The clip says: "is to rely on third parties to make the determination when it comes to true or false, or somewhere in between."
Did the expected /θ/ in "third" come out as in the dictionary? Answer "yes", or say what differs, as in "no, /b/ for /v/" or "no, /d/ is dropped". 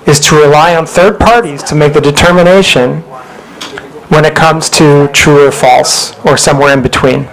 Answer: yes